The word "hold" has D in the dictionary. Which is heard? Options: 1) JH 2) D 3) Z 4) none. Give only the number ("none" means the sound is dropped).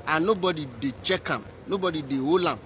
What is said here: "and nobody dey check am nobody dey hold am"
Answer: 4